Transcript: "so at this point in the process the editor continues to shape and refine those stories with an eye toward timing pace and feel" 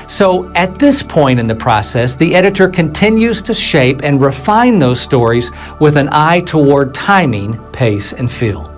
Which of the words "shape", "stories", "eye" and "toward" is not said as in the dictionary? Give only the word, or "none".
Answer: none